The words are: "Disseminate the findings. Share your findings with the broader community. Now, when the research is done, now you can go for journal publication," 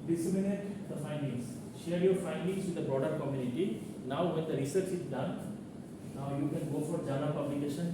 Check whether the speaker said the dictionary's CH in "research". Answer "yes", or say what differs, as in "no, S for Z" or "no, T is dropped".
yes